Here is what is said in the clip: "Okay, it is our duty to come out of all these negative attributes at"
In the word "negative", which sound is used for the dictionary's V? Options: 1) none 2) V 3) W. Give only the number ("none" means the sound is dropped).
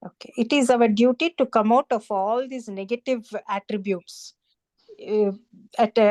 2